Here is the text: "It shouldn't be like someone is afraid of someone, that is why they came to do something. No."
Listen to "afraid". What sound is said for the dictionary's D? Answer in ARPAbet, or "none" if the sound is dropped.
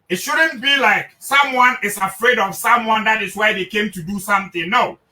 D